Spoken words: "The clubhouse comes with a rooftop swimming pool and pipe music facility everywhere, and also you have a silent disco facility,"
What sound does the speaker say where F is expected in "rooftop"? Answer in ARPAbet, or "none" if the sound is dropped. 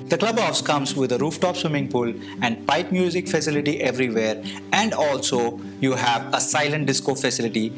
F